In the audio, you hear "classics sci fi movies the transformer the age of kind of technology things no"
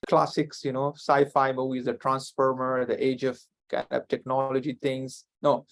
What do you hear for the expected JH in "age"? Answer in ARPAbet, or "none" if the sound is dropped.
JH